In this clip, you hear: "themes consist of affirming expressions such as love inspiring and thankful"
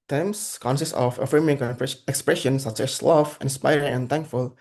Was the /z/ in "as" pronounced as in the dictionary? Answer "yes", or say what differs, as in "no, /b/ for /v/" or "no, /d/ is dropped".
no, /s/ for /z/